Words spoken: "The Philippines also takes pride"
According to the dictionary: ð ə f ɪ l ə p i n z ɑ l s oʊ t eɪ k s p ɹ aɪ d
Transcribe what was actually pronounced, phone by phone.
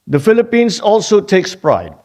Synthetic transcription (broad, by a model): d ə f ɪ l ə p i n s ɑ l s oʊ t eɪ k s p ɹ aɪ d